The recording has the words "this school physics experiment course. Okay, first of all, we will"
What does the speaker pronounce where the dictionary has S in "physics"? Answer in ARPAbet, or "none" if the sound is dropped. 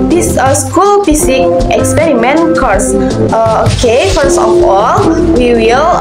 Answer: none